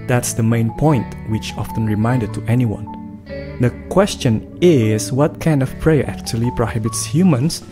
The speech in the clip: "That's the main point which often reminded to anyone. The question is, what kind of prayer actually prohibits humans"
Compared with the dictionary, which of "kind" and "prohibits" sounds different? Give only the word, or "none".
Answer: none